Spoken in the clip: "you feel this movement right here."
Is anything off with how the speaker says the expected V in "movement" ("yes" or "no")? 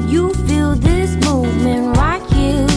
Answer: no